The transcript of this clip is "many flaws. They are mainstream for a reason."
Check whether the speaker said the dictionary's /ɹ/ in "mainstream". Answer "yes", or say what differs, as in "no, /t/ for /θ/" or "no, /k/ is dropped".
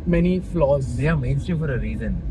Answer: no, /ɹ/ is dropped